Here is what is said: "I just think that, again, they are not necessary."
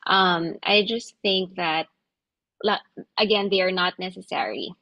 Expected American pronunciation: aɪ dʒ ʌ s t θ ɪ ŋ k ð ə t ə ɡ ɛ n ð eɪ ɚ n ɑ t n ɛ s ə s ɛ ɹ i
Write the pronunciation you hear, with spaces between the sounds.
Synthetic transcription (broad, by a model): aɪ dʒ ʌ s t θ ɪ ŋ k ð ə t ə ɡ ɛ n ð eɪ ɚ n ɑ t n ɛ s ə s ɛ ɹ i